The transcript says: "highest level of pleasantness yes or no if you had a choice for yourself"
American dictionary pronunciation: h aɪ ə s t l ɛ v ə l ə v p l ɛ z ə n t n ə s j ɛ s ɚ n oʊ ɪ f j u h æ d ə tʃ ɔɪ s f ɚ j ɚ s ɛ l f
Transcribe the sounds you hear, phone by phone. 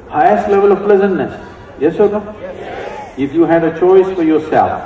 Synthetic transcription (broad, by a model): h aɪ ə s t l ɛ v ə l ə v p l ɛ z ə n t n ə s j ɛ s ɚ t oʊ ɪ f j u h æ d ə tʃ ɔɪ s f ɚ j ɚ s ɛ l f